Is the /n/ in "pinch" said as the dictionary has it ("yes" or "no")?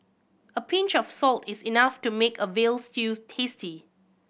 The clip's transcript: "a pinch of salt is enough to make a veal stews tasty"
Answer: yes